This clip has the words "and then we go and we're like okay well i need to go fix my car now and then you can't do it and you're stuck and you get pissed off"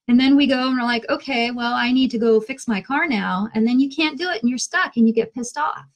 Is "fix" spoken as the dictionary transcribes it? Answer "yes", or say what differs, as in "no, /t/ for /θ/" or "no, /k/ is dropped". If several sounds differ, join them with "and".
yes